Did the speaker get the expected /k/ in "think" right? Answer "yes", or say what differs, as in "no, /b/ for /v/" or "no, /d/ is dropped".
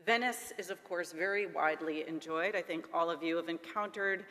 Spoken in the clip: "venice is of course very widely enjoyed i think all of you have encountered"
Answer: yes